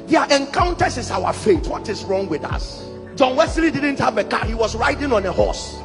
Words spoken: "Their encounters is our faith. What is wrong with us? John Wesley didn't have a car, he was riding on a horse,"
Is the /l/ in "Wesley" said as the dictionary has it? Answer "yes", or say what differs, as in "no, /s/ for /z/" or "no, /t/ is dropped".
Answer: yes